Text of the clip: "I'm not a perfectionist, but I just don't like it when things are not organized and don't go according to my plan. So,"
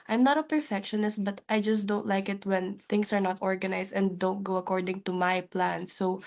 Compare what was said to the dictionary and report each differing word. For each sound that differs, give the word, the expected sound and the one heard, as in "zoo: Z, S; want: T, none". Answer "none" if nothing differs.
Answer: things: Z, S; organized: Z, S